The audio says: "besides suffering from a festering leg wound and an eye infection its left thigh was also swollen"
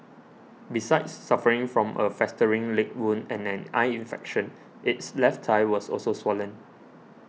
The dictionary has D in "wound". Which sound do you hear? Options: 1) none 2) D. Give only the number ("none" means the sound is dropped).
1